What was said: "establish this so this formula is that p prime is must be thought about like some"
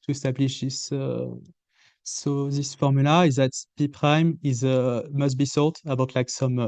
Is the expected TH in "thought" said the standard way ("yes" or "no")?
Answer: no